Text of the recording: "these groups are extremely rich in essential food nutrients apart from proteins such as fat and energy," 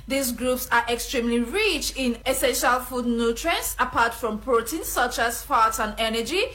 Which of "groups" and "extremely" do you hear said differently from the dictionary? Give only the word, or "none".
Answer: none